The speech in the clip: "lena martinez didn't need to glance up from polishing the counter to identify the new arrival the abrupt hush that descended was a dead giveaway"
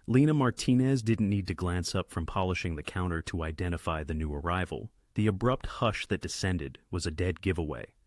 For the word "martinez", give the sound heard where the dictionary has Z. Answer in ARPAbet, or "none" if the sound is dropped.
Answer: Z